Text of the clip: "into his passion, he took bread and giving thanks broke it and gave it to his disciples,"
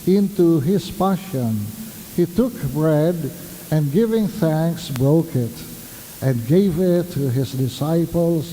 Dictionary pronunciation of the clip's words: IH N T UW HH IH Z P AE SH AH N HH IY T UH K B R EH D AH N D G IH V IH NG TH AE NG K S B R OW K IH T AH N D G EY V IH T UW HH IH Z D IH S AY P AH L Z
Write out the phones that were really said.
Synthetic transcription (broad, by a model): IH N T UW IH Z P AE SH AH N HH IY T UH K B R EH D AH N G IH V IH NG TH AE NG K S B R OW K IH T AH N G EY V IH T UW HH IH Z D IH S AY P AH L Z